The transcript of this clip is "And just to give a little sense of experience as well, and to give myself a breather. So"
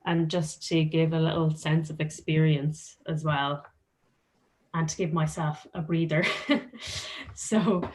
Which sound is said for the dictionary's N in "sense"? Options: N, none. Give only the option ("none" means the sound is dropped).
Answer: N